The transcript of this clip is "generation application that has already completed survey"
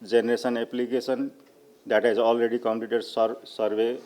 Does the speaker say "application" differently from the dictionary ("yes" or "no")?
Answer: yes